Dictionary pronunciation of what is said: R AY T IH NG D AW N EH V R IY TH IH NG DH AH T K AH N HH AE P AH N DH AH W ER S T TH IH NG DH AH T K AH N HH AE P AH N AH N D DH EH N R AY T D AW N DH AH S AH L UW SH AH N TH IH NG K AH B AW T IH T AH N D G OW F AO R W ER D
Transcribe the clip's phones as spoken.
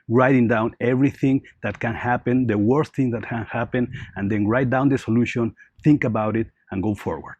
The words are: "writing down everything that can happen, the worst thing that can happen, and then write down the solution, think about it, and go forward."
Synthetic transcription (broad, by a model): R AY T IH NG D AW N EH V R IY TH IH NG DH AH T K AH N HH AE P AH N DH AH W ER S T TH IH NG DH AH T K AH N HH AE P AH N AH N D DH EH N R AY T D AW N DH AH S AH L UW SH AH N TH IH NG K AH B AW T IH T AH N G OW F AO R W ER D